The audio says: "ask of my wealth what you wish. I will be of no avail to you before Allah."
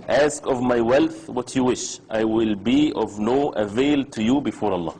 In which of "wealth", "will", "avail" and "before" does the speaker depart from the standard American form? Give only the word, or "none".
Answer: none